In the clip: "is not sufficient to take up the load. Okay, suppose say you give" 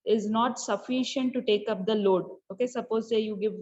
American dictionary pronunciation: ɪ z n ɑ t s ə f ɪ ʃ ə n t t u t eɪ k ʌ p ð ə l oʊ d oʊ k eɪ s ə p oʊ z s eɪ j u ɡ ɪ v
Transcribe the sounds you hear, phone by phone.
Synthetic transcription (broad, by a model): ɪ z n ɑ t s ə f ɪ ʃ ə n t t u t eɪ k ʌ p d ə l oʊ d oʊ k eɪ s ə p oʊ z s eɪ j u ɡ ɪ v